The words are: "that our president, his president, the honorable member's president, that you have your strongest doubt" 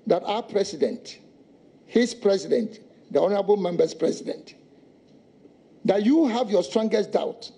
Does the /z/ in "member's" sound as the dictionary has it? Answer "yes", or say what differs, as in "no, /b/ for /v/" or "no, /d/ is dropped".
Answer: no, /s/ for /z/